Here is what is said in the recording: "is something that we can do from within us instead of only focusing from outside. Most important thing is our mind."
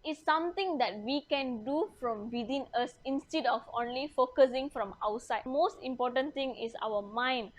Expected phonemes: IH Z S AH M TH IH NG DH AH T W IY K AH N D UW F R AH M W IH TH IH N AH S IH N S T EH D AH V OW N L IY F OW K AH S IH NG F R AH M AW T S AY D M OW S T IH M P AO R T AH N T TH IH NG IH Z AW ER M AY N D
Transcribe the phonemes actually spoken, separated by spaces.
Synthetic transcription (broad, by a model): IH S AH M T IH NG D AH T W IY K AH N D UW F R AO M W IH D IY N AH S IH N S T EH D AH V OW N L IY F OW K AH S IH NG F R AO M AW T S AY D M OW S T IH M P AO T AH N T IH NG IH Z AW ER M AY N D